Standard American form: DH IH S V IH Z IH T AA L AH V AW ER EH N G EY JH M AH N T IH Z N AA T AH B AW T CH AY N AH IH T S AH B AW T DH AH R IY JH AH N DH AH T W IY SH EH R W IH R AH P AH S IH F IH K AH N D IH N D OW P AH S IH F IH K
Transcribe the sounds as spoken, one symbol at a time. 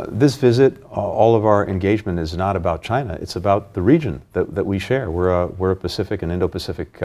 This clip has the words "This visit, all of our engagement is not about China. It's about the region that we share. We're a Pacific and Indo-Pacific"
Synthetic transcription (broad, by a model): DH IH S V IH Z IH T AA L AH V AW ER EH N G EY JH M AH N T IH Z N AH T AH B AW T CH AY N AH IH T S AH B AW T DH AH R IY JH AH N DH AH T W IY SH EH R W IH R AH P AH S IH F IH K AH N IH N D OW P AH S IH F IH K